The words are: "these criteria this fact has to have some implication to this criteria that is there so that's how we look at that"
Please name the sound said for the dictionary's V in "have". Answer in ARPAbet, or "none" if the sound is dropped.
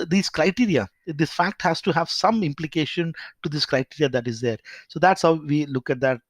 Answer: V